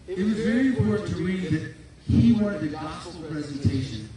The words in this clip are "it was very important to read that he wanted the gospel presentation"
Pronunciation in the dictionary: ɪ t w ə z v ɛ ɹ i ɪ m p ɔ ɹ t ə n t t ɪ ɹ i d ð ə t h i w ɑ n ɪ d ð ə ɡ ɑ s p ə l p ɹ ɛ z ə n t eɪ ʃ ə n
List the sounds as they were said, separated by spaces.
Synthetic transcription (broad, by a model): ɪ t w ə z v ɛ ɹ i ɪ m p ɔ ɹ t n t t ɪ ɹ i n ð ə t h i w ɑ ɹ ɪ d ð ə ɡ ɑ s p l p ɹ ɛ z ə n t eɪ ʃ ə n